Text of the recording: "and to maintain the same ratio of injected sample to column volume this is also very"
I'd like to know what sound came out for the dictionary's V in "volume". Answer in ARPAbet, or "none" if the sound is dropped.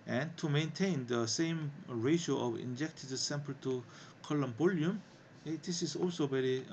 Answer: B